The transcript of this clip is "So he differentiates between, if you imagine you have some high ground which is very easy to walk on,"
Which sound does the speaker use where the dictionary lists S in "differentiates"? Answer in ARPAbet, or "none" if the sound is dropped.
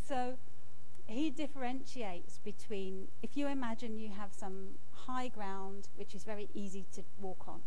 S